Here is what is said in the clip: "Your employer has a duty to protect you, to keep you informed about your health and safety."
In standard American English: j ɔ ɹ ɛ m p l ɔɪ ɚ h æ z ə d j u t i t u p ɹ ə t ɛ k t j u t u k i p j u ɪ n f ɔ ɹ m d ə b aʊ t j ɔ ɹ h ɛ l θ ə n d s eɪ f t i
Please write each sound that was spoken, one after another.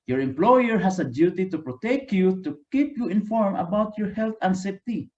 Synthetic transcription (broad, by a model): j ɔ ɹ ɛ m p l ɔɪ ɚ h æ s ə d j u t i t u p ɹ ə t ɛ k j u t u k i p j u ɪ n f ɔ ɹ m ə b aʊ t j ɔ ɹ h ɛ l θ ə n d s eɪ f t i